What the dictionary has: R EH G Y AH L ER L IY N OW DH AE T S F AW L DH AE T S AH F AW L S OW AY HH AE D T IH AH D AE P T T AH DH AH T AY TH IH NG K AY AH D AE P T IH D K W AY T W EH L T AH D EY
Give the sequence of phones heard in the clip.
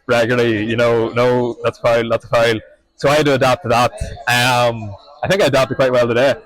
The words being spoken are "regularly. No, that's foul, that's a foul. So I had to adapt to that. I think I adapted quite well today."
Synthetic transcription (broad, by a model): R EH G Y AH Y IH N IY N OW DH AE T S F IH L DH AE T S AH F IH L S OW AY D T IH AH D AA P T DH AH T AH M AY TH IH NG K AY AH D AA P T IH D K W AY T W EH L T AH D EY